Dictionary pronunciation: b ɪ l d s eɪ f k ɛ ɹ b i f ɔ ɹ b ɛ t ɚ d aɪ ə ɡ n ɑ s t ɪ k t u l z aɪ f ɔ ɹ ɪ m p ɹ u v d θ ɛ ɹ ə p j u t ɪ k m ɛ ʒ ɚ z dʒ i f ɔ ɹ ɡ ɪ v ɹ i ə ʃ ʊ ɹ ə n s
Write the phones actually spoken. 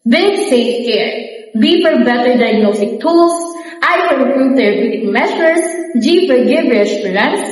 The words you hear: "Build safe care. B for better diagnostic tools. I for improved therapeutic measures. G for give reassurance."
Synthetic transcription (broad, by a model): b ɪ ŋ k s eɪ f k ɛ ɹ b i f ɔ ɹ b ɛ t ɚ d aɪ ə ɡ n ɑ s t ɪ k t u l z aɪ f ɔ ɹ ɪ p ɹ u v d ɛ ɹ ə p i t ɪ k m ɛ s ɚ s dʒ i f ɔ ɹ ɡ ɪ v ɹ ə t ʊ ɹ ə n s